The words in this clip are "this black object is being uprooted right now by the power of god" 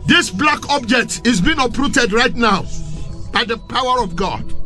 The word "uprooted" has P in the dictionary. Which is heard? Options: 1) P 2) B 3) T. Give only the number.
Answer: 1